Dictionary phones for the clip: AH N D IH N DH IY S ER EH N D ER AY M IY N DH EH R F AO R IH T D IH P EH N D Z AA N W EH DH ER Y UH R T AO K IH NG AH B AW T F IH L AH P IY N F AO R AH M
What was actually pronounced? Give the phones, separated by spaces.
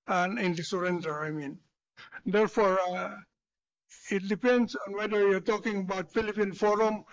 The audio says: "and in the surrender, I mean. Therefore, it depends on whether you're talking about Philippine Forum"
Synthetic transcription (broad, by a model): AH N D IH N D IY S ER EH N D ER AY M IY N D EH R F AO R IH T D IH P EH N D S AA N W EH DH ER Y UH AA T AO K IH NG AH B AW T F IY L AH P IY N F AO R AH M